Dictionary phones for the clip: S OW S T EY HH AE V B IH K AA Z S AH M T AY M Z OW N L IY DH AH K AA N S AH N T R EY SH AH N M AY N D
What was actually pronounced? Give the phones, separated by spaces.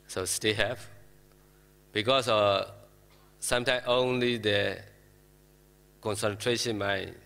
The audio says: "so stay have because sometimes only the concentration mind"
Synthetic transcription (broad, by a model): S OW S T EY HH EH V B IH K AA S S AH M T AY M OW N L IY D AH K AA N S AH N T R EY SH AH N M AY